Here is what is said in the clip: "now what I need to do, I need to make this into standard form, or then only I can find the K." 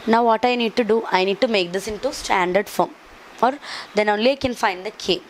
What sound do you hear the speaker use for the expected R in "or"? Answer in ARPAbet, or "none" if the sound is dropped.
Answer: R